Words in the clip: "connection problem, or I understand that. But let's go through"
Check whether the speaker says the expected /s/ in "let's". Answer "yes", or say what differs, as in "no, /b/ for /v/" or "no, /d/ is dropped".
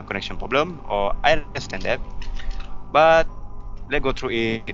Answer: no, /s/ is dropped